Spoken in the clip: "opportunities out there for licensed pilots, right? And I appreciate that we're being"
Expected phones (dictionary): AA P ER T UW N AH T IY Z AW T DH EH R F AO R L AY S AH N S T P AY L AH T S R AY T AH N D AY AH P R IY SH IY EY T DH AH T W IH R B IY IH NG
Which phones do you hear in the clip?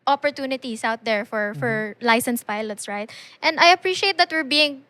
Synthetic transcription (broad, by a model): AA P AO T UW N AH T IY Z AW T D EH R F AO R L AY S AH N S P AY L AH T S R AY T AH N D AY AH P R IY SH IY EY T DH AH T W IH R B IY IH NG